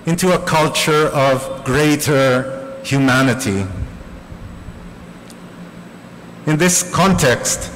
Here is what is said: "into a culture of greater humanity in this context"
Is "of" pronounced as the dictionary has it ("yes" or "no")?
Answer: yes